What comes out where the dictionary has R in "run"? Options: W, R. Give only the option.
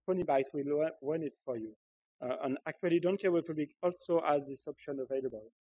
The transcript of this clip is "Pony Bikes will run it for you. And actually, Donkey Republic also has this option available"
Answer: W